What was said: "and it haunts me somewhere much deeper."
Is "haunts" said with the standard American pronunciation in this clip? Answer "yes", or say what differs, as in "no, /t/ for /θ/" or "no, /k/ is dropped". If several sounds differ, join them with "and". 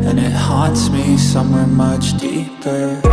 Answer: no, /n/ is dropped